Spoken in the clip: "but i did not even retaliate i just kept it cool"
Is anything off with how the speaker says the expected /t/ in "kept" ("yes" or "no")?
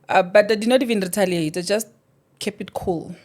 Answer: yes